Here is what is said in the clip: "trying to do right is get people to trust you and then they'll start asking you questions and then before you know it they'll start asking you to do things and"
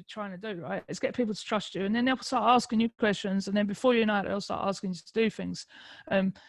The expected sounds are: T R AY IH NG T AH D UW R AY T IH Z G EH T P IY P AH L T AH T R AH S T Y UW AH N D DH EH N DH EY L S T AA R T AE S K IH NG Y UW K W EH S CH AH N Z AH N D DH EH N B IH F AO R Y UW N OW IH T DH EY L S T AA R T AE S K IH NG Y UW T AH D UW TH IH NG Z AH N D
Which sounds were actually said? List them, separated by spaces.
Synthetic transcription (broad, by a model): T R AY IH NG T AH D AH R AY T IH S G EH T P IY P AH L T AH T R AH S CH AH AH N DH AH N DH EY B S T AA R T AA S K IH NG Y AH K W EH S CH AH N Z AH N DH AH N B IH F AO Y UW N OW IH T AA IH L S T AA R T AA S K IH NG Y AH T AH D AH TH IH NG Z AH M